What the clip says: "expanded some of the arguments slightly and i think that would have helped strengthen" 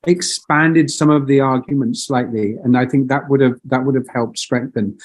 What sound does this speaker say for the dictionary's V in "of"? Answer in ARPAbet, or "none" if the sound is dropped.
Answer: V